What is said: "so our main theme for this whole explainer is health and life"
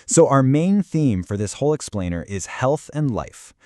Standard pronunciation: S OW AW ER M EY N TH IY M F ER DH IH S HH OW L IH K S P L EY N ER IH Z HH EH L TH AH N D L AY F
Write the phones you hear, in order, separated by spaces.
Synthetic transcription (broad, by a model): S OW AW ER M EY N TH IY M F ER DH IH S HH OW L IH K S P L EY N ER IH Z HH EH L TH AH N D L AY F